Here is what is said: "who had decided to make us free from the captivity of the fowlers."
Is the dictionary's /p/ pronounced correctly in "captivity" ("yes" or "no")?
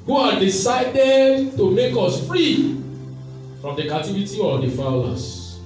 no